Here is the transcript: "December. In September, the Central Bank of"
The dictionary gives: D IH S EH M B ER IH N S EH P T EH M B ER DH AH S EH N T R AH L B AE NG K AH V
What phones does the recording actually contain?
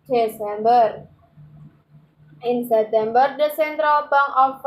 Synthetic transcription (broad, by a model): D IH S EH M B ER IH N S EH P T EH M B ER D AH S EH N T R AH L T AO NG AH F